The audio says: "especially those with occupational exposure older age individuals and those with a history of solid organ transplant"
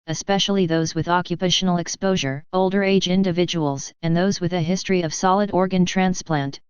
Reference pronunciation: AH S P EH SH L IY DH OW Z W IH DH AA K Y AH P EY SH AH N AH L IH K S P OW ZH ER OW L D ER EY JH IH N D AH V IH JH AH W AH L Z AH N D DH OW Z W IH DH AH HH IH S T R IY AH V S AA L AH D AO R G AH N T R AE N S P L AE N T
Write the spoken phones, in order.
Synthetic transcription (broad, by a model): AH S P EH SH L IY DH OW Z W IH DH AA K Y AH P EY SH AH N L IH K S P OW ZH ER OW L D ER EY JH IH N D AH V IH JH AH W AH L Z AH N DH OW Z W IH DH AH HH IH S T R IY AH V S AA L AH D AO R G AH N T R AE N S P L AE N T